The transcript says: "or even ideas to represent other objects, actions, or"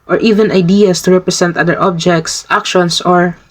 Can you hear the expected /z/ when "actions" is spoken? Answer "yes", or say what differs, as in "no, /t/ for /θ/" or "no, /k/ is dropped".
no, /s/ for /z/